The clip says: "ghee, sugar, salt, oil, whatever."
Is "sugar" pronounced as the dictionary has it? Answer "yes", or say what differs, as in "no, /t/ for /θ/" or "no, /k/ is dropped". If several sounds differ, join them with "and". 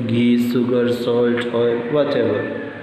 no, /s/ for /ʃ/